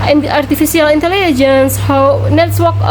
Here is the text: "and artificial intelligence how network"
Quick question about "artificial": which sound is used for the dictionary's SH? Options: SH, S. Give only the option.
S